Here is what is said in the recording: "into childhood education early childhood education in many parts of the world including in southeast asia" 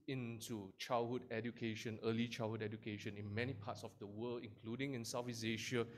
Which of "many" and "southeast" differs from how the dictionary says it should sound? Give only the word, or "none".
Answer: southeast